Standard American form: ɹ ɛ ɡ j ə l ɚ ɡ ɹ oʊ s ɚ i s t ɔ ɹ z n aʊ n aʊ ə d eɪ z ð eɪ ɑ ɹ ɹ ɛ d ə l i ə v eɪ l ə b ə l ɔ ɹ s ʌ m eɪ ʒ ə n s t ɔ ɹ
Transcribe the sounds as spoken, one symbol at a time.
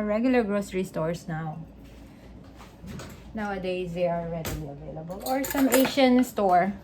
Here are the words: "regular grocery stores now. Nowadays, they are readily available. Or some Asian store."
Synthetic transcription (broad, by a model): ɹ ɛ ɡ j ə l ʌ ɡ ɹ oʊ s ɚ i s t ɔ ɹ s n aʊ n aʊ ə d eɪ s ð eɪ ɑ l ɹ ɛ d ə l i ə v eɪ l ə b ə l ɔ ɹ s ʌ m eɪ ʃ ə n s t ɔ ɹ